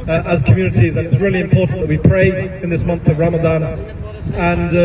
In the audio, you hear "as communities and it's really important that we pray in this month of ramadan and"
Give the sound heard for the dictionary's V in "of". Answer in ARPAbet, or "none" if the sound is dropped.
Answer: V